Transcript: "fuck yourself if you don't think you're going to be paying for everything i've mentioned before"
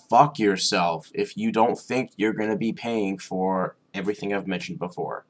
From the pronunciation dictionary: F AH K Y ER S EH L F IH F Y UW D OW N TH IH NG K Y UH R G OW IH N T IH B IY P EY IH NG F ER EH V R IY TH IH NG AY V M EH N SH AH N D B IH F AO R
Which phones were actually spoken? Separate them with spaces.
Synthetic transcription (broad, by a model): F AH K Y ER S EH L F IH F Y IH D OW N TH IH NG K Y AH R G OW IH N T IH B IY P EY IH NG F ER EH V R IY TH IH NG AY V M EH N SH N D B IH F AO R